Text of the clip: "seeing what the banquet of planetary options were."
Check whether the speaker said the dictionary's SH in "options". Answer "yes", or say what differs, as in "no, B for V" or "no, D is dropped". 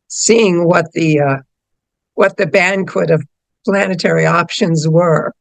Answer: yes